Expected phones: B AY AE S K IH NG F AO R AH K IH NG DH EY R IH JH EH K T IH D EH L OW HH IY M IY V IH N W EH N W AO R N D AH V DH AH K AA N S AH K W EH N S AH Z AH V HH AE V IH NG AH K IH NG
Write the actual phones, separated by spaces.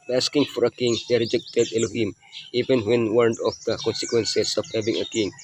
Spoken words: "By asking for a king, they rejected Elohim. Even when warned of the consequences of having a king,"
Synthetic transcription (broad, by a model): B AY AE S K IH NG F AO R AH K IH NG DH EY R IH JH EH K T IH D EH L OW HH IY M IY V IH N W EH N W AO R N D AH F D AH K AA N S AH K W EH N S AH S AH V HH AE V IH NG AH K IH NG